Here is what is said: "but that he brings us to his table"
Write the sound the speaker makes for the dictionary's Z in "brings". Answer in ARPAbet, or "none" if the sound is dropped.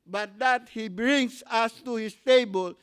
S